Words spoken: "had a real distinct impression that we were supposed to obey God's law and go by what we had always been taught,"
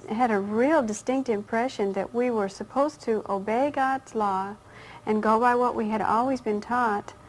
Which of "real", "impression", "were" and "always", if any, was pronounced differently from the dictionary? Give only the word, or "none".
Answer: none